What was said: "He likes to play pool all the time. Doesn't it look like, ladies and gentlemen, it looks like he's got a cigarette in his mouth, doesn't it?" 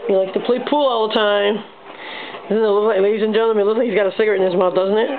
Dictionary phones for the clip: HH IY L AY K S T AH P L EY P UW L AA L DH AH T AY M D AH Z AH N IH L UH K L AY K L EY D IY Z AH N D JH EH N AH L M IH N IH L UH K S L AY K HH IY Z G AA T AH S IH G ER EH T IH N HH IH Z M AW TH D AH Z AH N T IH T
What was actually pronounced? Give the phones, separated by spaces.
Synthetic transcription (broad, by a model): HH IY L AY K T AH P L EY P UW L AA L DH AH T AY M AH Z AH N IH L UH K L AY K L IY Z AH N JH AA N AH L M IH L IH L L AY K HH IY Z G AA T AH S IH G ER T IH N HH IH Z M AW D AH Z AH N T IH T